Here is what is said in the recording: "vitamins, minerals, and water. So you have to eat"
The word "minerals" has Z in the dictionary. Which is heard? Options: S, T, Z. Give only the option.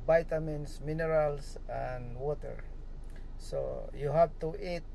S